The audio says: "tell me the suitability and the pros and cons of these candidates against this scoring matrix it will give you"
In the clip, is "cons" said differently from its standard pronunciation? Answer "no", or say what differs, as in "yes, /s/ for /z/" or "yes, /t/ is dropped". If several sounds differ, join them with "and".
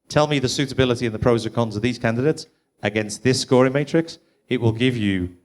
no